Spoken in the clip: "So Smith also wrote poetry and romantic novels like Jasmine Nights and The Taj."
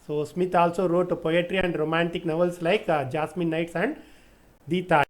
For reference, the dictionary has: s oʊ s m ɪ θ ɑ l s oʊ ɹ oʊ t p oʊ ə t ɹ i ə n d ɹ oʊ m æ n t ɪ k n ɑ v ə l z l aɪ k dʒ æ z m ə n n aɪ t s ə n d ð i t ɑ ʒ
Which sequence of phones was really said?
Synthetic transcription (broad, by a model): s oʊ s m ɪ t ɑ l s oʊ ɹ oʊ t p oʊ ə t ɹ i ə n d ɹ oʊ m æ n t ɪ k n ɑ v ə l s l aɪ k dʒ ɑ s m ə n n aɪ t s ə n d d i t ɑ